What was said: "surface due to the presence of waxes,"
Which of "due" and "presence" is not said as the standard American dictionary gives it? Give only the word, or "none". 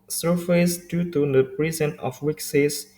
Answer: presence